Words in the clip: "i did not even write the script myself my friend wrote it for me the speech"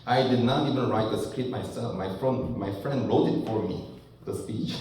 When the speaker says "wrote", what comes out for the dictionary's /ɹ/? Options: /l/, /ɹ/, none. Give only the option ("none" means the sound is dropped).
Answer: /l/